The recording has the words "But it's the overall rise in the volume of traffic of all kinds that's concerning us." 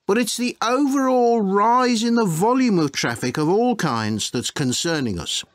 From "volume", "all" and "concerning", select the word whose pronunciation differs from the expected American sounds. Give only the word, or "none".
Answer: none